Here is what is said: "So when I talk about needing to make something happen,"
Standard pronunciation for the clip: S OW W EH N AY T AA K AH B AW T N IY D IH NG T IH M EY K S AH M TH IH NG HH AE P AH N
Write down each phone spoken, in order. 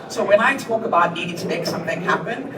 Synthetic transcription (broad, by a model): S OW W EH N AY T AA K AH B AW T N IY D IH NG T IH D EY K S AH M TH IH NG HH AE P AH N